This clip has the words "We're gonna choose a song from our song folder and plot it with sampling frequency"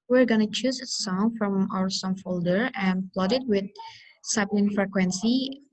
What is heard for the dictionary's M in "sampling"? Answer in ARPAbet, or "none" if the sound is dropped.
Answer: none